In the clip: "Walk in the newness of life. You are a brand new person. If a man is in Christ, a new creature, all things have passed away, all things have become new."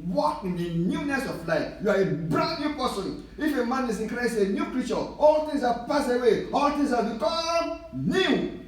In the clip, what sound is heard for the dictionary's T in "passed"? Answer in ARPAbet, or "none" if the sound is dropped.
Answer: none